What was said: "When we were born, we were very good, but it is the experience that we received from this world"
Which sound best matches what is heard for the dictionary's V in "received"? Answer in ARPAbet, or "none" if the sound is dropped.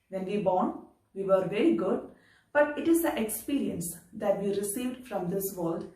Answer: V